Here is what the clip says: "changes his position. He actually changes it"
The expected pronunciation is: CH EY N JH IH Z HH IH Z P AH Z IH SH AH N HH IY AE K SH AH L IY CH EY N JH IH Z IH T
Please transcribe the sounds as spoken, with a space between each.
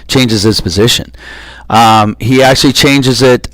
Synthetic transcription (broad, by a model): CH EY N JH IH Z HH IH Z P AH Z IH SH AH N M IY AE K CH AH L IY CH EY N JH IH Z IH T